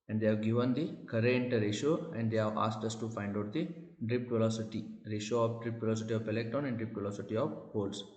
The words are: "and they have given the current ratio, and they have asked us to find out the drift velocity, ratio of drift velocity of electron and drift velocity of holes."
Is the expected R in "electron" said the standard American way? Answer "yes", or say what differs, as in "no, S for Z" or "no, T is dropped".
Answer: no, R is dropped